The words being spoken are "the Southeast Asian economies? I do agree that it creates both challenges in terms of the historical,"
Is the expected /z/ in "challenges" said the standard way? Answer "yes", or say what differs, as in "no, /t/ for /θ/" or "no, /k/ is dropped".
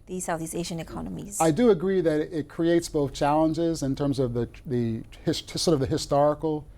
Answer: yes